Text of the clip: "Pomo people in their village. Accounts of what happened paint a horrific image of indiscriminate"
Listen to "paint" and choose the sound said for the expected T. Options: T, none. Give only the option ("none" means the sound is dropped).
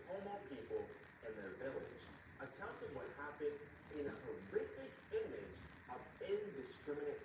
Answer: none